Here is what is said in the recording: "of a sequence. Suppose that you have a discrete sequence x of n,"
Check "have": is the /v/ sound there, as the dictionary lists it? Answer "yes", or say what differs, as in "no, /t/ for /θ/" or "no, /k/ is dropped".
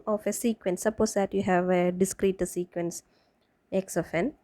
yes